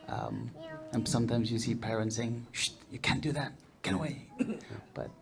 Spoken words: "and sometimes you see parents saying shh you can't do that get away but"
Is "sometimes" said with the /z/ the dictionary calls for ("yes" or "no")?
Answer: yes